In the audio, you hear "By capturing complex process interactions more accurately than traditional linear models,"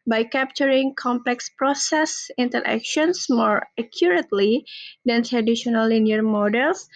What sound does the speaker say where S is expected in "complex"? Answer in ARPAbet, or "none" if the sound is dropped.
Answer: S